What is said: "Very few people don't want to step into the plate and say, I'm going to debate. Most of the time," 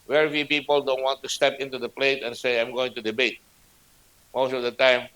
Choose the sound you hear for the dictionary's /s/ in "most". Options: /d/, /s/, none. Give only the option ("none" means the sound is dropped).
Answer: /s/